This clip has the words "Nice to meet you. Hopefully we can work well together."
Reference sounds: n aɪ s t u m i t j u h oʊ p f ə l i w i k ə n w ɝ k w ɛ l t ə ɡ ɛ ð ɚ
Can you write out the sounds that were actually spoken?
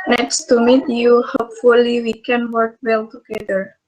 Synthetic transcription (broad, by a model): n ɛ s t u m i t j u h oʊ p f ə l i w i k ə n w ɝ k w ɛ l t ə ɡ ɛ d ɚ